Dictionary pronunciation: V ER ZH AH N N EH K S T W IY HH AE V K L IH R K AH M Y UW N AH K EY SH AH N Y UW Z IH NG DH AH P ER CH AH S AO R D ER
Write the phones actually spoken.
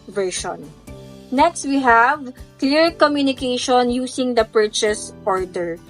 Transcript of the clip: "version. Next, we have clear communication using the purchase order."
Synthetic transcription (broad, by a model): V ER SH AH N N EH K S T W IY HH AE V K L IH R K AH M Y UW N AH K EY SH AH N Y UW S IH NG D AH P ER CH AH S AO R D ER